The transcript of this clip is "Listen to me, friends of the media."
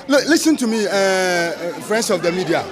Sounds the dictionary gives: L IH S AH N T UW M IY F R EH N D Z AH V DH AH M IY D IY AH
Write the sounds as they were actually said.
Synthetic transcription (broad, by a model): L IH S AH N T UW M IY F R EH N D S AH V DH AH M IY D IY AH